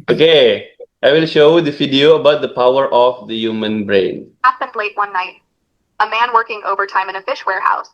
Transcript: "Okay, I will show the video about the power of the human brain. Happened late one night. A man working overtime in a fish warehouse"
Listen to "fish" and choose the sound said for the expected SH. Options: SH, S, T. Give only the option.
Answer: SH